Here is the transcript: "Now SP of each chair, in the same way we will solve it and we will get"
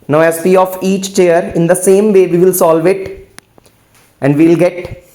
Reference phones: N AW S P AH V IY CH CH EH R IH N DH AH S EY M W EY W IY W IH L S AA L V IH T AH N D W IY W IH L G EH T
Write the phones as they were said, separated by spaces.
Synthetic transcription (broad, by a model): N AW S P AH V IY CH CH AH R IH N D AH S EY M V EY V IY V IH L S AA L V IH T AH N D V IY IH L G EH T